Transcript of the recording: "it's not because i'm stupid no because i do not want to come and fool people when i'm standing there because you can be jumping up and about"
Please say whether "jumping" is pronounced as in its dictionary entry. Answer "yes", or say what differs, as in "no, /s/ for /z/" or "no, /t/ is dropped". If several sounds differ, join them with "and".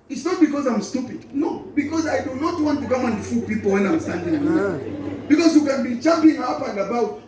no, /tʃ/ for /dʒ/